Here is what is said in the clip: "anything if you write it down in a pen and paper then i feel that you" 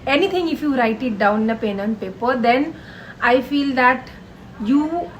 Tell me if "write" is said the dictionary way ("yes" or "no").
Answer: yes